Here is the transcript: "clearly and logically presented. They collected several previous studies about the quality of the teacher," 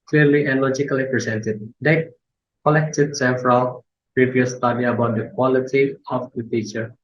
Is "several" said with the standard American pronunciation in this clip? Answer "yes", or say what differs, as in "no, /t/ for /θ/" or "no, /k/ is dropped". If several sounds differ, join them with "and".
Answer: no, /f/ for /v/